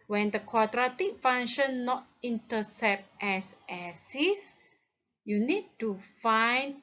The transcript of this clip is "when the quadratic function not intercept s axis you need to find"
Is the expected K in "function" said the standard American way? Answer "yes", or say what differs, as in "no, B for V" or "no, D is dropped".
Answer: no, K is dropped